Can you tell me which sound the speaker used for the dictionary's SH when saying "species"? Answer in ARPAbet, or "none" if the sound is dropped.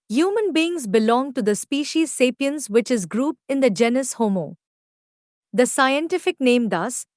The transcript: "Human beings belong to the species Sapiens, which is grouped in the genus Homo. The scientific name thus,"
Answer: SH